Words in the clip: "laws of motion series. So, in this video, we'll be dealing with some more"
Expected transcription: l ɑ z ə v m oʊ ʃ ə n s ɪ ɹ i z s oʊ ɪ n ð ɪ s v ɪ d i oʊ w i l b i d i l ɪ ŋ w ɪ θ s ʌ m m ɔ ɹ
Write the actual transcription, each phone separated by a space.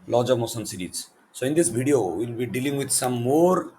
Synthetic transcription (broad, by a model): l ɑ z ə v m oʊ s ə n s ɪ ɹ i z s oʊ ɪ n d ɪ s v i d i oʊ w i l b i d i l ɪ ŋ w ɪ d s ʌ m m ɔ ɹ